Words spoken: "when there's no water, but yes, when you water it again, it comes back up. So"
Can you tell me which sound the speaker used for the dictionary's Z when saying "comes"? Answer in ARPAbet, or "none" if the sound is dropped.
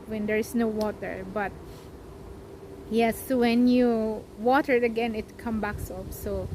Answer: none